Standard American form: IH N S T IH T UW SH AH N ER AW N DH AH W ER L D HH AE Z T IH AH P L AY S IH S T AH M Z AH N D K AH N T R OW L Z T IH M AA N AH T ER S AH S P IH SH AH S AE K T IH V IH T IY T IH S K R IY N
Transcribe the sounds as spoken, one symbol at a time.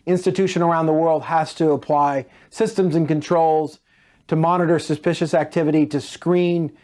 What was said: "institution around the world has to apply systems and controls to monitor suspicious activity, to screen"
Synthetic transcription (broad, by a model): IH N S T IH T UW SH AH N ER AW N DH AH W ER L D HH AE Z T IH AH P L AY S IH S T AH M Z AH N K AH N T R OW L Z T IH M AA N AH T ER S AH S P IH SH AH S AE K T IH V IH T IY T IH S K R IY N